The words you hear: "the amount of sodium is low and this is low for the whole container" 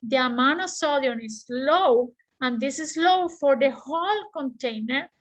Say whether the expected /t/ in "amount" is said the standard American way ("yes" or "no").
no